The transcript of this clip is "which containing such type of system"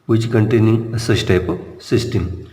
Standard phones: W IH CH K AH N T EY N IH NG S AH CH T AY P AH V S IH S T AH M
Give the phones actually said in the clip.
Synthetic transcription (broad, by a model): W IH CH K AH N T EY N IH NG S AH S T AY P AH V S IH S T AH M